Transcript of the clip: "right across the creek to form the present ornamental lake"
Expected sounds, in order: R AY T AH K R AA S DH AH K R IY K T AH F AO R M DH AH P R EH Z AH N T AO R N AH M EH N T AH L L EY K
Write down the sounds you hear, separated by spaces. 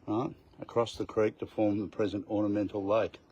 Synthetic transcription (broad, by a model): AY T AH K R AA S DH AH K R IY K T AH F AO R M DH AH P R EH Z AH N T AO R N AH M EH N T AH L L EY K